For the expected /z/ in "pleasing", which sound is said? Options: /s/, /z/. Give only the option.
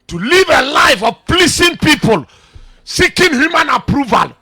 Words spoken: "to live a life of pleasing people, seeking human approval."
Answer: /s/